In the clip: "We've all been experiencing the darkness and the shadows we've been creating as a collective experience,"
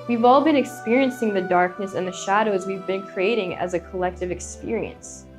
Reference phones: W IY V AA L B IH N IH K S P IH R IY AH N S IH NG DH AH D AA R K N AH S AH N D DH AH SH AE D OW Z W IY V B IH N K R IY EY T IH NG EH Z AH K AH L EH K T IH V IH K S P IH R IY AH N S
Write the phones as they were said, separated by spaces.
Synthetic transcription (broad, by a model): W IY V AA L B IH N IH K S P IH R IY AH N S IH NG DH AH D AA R K N AH S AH N DH AH SH AE D OW Z W IY V B IH N K R IY EY T IH NG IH Z AH K AH L EH K T IH V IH K S P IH R IY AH N S